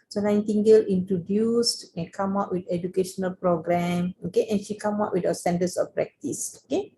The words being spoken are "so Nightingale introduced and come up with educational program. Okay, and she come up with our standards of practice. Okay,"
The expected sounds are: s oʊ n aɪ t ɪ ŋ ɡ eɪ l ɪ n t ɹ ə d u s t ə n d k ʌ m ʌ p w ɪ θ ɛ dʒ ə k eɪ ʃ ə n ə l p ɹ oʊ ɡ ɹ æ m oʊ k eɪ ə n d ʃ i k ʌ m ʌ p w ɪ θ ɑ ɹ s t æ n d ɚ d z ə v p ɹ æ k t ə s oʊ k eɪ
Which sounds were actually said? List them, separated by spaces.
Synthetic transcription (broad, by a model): s oʊ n aɪ t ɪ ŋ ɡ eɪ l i n t ɹ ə d u s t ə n k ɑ m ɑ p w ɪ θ ɛ dʒ ə k eɪ ʃ ə n ə l p ɹ oʊ ɡ ɹ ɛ m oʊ k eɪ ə n ʃ i k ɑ m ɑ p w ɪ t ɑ s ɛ n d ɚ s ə f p ɹ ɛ k t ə s oʊ k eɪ